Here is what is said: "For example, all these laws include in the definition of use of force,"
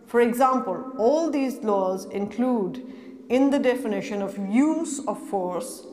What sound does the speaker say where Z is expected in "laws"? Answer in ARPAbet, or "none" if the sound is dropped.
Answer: Z